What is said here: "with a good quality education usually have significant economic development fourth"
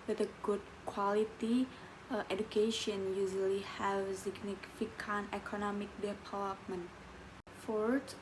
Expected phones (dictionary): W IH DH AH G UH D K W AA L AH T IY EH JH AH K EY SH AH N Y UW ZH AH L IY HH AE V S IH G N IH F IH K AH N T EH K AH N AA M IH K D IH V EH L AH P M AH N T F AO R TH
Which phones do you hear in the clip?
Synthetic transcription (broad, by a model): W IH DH AH G UH D K W AA L AH T IY EH JH AH K EY SH AH N Y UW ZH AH L IY HH AE V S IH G N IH F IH K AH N EH K AH N AA M IH K D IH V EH L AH P M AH N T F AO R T